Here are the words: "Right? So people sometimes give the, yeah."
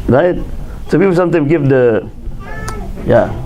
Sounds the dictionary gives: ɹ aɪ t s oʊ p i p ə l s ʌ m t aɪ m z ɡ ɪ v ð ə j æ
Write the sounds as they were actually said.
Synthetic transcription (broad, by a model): ɹ aɪ t s oʊ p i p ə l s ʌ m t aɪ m ɡ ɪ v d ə j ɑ